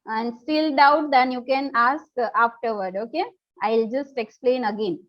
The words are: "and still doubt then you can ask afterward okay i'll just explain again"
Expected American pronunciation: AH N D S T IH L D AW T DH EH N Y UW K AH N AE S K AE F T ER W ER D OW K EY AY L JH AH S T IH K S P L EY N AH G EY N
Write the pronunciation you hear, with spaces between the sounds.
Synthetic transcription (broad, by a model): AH N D S T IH L D AW T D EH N Y UW K AH N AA S K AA F T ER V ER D OW K EY AY L JH AH S T IH K S P L EY N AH G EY N